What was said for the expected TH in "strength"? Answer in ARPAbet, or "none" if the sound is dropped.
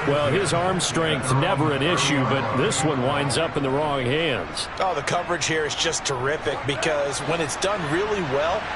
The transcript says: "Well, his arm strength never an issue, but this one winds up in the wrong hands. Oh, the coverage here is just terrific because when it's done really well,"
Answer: TH